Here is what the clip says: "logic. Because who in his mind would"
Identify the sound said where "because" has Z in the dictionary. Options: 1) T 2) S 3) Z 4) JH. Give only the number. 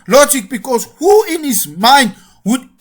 2